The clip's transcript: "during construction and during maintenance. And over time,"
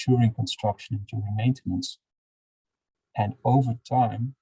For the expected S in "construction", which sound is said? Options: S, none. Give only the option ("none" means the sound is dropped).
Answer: S